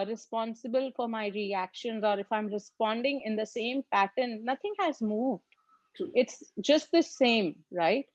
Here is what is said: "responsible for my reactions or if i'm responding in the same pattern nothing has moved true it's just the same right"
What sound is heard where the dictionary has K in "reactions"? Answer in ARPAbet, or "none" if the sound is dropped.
K